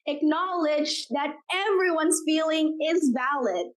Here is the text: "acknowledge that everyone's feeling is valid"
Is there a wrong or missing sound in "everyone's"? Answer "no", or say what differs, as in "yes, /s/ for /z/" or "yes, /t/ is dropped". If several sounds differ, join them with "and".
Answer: no